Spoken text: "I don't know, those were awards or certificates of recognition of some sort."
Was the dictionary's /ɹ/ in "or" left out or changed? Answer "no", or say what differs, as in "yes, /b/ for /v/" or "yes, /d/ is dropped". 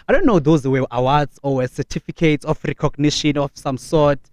yes, /w/ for /ɹ/